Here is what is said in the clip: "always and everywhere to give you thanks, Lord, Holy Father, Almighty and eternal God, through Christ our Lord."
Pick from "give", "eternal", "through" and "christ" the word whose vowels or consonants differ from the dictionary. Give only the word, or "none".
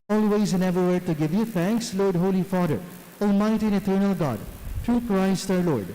through